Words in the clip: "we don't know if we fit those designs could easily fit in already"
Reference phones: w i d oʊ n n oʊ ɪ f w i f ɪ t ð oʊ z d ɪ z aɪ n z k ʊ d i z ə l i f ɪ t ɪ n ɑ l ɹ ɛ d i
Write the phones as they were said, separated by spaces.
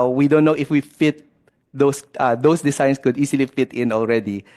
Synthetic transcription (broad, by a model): w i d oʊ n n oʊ ɪ f w i f ɪ t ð oʊ s d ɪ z aɪ n s k ʊ d i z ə l i f ɪ t ɪ n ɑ l ɹ ɛ d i